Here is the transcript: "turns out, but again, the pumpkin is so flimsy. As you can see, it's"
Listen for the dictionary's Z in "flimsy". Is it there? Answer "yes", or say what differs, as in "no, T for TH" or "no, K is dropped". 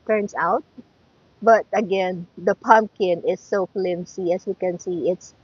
no, S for Z